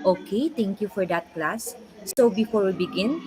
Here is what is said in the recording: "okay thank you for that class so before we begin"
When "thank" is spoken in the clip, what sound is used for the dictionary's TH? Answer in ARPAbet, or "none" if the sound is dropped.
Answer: T